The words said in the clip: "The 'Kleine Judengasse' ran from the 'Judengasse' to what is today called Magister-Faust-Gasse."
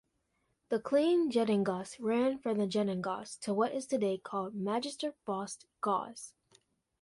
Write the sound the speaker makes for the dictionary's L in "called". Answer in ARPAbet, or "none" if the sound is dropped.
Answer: L